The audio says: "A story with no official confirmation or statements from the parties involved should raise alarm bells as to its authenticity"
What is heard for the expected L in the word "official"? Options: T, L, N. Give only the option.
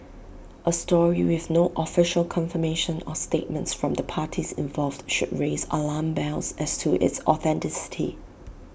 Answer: L